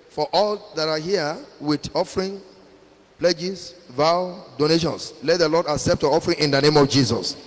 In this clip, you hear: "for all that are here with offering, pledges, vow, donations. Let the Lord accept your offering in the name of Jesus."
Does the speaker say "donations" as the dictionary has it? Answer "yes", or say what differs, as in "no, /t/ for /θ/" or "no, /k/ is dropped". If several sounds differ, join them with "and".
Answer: no, /s/ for /z/